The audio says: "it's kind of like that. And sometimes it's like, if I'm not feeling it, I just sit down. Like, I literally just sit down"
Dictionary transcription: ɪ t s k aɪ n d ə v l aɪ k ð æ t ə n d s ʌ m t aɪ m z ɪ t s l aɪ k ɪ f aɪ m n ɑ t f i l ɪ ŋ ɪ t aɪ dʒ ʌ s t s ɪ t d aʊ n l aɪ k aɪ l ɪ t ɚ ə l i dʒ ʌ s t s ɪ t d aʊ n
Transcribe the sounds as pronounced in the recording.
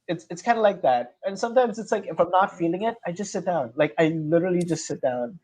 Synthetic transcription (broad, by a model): ɪ t s k aɪ n d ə l aɪ k ð æ t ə n s ʌ m t aɪ m z ɪ t s l aɪ k ɪ f aɪ m n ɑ t f i l ɪ ŋ ɪ t aɪ dʒ ʌ s t s ɪ t d aʊ n l aɪ k aɪ l ɪ t ɚ l i dʒ ʌ s t s ɪ t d aʊ n